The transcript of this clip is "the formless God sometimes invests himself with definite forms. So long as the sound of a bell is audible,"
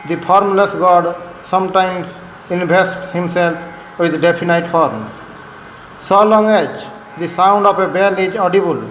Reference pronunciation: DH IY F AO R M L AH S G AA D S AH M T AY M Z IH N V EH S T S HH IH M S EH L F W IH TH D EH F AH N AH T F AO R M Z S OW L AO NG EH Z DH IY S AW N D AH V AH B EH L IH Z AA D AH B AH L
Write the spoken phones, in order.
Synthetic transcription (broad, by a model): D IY P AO R M L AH S G AA D S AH M T AY M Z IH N B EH S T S HH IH M S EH L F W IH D D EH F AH N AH T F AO R M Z S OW L AO NG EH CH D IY S AW N D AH P AH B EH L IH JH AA D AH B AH L